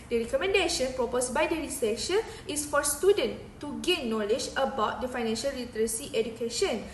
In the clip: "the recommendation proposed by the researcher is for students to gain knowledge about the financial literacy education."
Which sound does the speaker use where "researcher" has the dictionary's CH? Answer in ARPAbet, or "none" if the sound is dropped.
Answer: SH